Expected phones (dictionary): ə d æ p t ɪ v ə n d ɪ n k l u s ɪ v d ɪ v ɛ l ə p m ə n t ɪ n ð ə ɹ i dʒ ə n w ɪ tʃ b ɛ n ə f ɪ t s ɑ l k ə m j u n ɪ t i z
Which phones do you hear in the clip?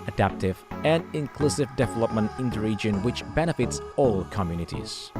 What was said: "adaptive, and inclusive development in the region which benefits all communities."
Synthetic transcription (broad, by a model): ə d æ p t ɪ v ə n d ɪ n k l u s ɪ v d ɪ v ɛ l ə p m ə n t ɪ n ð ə ɹ i dʒ ə n w ɪ tʃ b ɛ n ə f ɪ t s ɑ l k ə m j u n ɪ t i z